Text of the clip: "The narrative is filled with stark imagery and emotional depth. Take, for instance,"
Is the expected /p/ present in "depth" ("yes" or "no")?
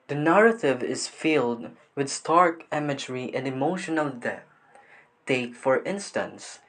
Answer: no